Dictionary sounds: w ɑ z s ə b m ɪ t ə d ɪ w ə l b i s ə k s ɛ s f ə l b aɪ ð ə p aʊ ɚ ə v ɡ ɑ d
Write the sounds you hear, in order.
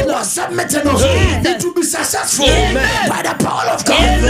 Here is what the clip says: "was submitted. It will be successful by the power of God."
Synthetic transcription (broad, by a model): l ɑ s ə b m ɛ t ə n ɪ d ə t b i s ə s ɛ f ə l b aɪ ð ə p aʊ ɚ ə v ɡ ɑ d